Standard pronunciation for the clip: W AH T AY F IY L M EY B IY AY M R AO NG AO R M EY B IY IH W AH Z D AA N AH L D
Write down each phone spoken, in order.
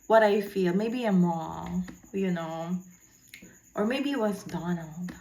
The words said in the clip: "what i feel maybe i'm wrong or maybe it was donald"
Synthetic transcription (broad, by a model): W AH T AY F IY L M EY B IY AY M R AO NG AO R M EY B IY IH W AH S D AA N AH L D